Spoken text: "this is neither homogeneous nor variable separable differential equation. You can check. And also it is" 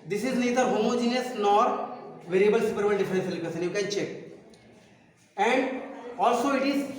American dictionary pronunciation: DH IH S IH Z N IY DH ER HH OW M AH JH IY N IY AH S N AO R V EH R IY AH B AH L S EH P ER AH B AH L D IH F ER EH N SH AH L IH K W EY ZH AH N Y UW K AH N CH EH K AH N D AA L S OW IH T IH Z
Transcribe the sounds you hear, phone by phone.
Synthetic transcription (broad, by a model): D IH S IH Z N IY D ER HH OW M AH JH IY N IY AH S N AO R V EH R IY AH B AH L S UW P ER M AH N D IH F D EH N S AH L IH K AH S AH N Y UW K AH N CH EH K AH N D AA L S OW IH T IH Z